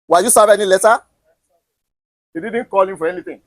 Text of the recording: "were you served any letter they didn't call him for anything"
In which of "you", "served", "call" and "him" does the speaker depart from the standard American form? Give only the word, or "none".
served